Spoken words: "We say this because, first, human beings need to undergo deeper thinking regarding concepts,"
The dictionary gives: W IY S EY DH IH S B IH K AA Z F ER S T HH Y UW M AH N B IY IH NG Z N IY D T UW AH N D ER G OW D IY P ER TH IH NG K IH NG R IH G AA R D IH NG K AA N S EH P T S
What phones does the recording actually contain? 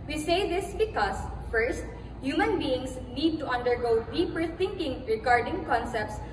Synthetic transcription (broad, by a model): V IY S EY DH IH S B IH K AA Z F ER S T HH Y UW M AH N B IY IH NG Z N IY D T UW AH N D ER G OW D IY P ER T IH NG K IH NG R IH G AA R D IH NG K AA N S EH P T S